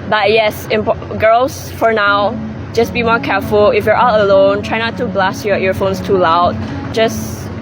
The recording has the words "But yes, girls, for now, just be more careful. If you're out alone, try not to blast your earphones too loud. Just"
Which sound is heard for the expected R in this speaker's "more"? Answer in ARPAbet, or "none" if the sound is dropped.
R